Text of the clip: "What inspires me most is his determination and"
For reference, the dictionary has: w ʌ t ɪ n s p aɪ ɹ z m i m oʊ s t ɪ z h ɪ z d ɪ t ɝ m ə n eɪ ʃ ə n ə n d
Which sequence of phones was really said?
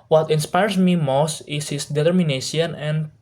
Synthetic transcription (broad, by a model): w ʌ t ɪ n s p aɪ ɹ s m i m oʊ s t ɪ s h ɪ s d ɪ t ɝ m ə n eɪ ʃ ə n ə n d